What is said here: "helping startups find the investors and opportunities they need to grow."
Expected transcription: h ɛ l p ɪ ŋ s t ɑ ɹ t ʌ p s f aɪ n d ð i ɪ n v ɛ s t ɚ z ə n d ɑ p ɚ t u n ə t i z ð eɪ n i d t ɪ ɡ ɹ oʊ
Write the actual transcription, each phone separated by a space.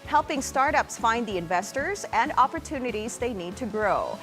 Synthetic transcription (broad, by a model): h ɛ l p ɪ ŋ s t ɑ ɹ t ʌ p s f aɪ n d ð i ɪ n v ɛ s t ɚ z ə n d ɑ p ɚ t u n ə t i z ð eɪ n i d t ɪ ɡ ɹ oʊ